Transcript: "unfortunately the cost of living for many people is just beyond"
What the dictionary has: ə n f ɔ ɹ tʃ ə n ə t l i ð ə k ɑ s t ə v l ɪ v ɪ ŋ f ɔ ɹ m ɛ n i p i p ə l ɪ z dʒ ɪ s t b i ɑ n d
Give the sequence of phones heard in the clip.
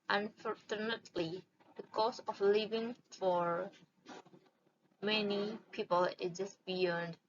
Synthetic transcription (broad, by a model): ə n f ɔ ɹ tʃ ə n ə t l i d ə k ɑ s ə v l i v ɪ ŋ f ɔ ɹ m ɛ n i p i p ə l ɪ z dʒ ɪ s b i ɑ n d